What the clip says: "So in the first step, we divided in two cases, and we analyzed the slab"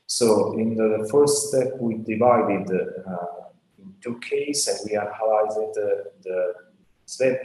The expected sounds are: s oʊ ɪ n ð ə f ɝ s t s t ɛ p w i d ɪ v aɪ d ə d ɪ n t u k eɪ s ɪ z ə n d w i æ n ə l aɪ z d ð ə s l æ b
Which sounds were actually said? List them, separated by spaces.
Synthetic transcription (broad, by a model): s oʊ ɪ n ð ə f ɝ s t s t ɛ p w i d ɪ v aɪ d ə d ɪ n t u k eɪ ɪ s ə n w i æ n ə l aɪ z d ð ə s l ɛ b